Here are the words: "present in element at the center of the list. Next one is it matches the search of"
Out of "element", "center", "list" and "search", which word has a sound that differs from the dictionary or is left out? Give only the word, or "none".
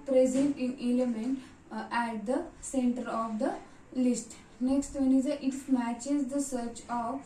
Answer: none